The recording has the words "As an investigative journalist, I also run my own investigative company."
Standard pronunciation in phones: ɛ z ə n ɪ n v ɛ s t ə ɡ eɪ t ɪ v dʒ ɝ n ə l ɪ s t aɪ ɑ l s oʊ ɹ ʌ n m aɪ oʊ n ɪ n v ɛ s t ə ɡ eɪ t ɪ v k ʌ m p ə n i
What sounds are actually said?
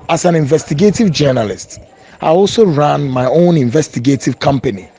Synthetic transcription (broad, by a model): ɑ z ə n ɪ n v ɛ s t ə ɡ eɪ t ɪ v dʒ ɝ n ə l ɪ s t aɪ ɑ l s oʊ ɹ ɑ n m aɪ oʊ n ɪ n v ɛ s t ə ɡ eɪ t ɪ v k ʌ m p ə n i